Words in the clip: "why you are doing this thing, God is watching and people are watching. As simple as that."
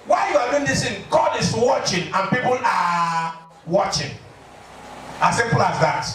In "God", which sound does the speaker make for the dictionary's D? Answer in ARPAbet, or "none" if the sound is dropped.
D